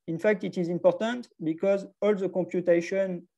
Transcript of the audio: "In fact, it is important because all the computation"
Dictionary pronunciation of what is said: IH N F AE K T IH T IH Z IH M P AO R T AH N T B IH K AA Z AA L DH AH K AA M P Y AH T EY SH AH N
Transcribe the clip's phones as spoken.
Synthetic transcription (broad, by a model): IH N F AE K T IH T IH Z IH M P AO R T AH N T B IH K AA Z AA L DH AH K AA M P Y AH T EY SH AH N